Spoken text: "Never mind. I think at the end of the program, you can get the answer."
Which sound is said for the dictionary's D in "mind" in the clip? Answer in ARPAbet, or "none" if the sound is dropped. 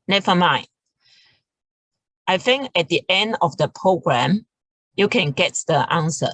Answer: none